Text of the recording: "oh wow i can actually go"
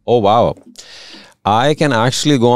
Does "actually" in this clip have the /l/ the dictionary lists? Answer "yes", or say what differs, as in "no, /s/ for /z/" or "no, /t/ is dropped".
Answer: yes